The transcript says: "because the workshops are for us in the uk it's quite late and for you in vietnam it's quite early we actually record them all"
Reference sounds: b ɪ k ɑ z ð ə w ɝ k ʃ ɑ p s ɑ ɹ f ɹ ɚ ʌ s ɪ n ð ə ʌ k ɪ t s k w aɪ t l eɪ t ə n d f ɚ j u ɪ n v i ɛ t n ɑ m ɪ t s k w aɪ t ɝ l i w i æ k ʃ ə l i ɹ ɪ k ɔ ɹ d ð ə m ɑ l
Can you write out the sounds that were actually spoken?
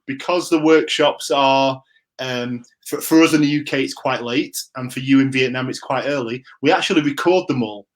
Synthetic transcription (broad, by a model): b ɪ k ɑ z ð ə w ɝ k ʃ ɑ p s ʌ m f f ɚ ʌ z ɪ n ð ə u k ɪ t s k w aɪ t l eɪ t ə n f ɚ j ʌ ɪ n v i ɛ t n ɑ m ɪ t s k w aɪ t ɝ l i w i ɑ k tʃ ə l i ɹ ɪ k ɔ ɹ d ð ə m ɑ l